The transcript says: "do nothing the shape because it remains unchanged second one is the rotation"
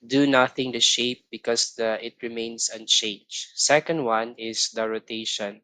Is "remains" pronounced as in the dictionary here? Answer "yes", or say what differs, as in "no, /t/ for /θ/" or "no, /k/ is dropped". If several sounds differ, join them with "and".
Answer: no, /s/ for /z/